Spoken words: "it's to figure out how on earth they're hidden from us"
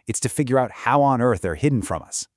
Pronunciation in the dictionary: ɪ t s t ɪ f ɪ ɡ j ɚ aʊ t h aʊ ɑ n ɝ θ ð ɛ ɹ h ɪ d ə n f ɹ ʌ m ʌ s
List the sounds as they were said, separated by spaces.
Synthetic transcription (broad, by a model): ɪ t s t ɪ f ɪ ɡ j ɚ aʊ t h aʊ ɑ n ɝ θ ð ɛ ɹ h ɪ d n f ɹ ʌ m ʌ s